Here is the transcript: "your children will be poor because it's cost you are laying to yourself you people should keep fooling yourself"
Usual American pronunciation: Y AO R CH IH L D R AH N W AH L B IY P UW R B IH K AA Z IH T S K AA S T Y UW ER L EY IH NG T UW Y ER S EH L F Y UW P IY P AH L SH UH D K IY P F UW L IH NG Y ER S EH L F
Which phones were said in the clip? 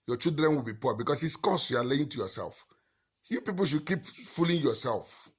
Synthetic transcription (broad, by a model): Y AO CH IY L D R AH N W AH L B IY P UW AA B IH K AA S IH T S K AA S Y UW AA L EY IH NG T UW Y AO S EH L F Y UW P IY P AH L SH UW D K IY P F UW L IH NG Y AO S EH L F